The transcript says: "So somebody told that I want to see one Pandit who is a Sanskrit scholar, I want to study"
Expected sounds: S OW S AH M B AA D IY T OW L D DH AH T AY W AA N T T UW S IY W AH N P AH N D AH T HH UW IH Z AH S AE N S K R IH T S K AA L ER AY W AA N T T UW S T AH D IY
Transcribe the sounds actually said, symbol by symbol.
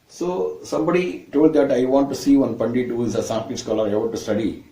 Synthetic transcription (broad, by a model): S OW S AH M B AA D IY T OW L D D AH T AY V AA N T T UW S IY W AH N P AH N D AH T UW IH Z AH S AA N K IH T S K AA L ER AY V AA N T T UW S T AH D IY